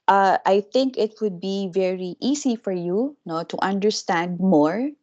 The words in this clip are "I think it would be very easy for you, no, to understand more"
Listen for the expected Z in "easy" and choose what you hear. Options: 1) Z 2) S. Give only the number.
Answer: 2